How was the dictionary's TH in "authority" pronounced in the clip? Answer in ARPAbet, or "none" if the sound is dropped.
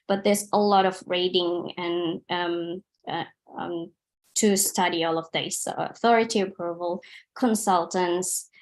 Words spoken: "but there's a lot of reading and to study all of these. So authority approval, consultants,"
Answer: TH